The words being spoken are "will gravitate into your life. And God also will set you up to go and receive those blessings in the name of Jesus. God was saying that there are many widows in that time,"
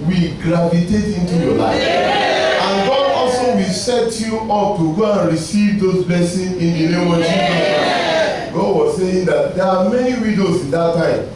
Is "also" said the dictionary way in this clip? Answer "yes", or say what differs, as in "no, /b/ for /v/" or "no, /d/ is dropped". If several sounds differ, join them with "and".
yes